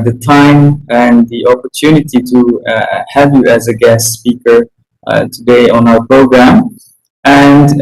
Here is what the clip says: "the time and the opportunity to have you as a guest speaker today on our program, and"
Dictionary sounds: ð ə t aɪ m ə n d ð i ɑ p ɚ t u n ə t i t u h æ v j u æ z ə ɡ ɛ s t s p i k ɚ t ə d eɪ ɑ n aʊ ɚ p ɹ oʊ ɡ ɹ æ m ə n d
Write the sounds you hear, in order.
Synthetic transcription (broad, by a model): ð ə t aɪ m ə n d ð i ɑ p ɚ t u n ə t i t u h æ v j u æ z ə ɡ ɛ s t s p i k ɚ t ə d eɪ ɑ n aʊ ɚ p ɹ oʊ ɡ ɹ æ m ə n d